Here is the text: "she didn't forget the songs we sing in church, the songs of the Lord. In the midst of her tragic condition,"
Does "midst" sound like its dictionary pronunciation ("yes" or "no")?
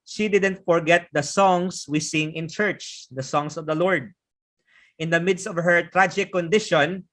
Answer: yes